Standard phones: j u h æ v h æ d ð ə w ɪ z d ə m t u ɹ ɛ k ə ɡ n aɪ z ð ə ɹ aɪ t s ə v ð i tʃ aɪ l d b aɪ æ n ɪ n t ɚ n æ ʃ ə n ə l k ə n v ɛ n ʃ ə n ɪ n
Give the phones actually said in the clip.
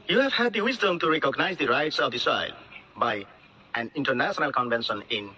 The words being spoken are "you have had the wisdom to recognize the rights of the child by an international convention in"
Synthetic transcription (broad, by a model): j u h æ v h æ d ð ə w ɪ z d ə m t u ɹ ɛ k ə ɡ n aɪ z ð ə ɹ aɪ t s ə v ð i s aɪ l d b aɪ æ n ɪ n t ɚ n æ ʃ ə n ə l k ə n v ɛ n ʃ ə n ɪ n